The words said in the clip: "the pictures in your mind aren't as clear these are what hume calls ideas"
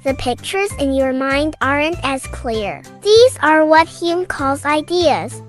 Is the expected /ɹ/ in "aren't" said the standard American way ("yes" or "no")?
yes